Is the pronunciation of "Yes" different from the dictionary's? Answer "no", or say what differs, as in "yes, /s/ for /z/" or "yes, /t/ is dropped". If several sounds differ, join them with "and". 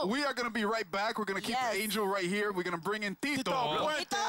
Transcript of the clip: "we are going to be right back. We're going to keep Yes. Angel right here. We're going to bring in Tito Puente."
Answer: yes, /s/ is dropped